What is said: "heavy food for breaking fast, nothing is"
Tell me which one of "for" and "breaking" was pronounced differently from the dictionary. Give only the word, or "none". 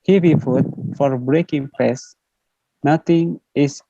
none